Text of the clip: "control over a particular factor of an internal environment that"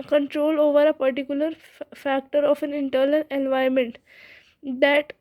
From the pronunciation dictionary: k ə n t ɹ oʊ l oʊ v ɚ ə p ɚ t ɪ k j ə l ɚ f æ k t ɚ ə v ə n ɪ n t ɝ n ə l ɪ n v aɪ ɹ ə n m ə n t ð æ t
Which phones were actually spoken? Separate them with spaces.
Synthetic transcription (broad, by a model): k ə n t ɹ oʊ l oʊ v ɚ ə p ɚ t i k j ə l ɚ f æ k t ɚ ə f ə n ɪ n t ɝ n ə l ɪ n v aɪ ə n m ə n t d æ t